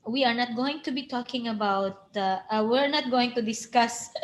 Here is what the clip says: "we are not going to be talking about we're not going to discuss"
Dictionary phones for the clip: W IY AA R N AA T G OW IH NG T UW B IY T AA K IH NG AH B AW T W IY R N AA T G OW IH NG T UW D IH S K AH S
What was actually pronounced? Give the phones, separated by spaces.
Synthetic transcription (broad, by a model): W IY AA R N AA T G OW IH NG T UW B IY T AA K IH NG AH B AW T W IY R N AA T G OW IH NG T UW D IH S K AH S